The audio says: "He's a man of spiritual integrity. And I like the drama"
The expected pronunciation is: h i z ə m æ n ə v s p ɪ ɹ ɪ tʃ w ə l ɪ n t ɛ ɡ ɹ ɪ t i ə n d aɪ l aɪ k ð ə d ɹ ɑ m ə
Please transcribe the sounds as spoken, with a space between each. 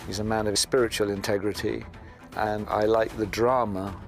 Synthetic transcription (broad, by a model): h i z ə m æ n ə v s p ɪ ɹ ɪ tʃ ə l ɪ n t ɛ ɡ ɹ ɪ t i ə n aɪ l aɪ k ð ə d ɹ ɑ m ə